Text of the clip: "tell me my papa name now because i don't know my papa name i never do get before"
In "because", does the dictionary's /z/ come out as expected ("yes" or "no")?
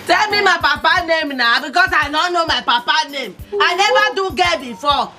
no